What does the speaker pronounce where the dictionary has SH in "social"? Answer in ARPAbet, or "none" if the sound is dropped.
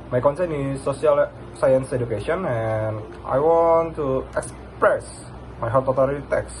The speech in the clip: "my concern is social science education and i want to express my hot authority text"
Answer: S